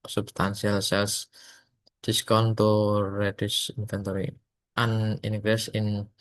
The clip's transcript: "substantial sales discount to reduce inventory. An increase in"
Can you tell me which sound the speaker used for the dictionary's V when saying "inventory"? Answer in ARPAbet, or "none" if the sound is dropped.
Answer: F